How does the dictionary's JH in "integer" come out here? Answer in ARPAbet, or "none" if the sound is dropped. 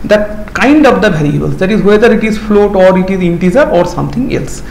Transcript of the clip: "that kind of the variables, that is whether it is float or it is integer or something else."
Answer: Z